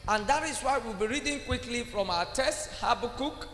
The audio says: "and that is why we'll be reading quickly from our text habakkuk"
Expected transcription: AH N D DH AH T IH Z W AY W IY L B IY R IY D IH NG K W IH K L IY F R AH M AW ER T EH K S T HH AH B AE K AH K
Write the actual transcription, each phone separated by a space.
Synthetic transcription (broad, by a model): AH N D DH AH T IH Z W AY W IY L B IY R IY D IH NG K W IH K L IY F R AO M AW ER T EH S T HH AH B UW K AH K